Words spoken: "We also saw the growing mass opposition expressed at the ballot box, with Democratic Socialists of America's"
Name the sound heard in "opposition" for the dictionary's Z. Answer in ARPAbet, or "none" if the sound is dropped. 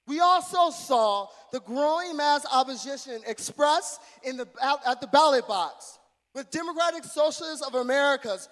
Z